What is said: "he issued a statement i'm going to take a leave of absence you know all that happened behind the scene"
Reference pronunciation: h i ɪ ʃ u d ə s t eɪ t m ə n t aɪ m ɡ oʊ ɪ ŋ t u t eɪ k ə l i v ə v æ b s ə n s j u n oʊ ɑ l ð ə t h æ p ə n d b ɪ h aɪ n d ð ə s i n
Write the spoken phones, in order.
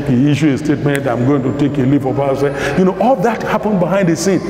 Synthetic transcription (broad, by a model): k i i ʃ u ə s t eɪ t m ə n t aɪ m ɡ oʊ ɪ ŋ t u t eɪ k ə l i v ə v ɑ s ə j u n oʊ ɑ l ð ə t h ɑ p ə n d b ɪ h aɪ n d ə s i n